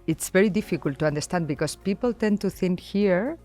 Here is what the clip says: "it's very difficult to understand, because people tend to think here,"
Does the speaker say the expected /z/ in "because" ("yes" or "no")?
no